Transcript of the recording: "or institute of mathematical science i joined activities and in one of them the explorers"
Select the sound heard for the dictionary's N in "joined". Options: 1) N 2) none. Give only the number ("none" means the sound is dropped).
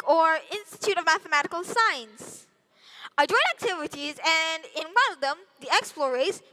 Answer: 2